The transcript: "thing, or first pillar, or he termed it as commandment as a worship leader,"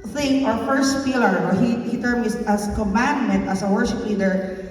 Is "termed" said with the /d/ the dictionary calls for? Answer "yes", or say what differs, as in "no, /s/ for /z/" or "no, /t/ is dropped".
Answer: no, /d/ is dropped